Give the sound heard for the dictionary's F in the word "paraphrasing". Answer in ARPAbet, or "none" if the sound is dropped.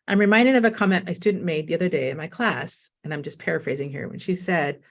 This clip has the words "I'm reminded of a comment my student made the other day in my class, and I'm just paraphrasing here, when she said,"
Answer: F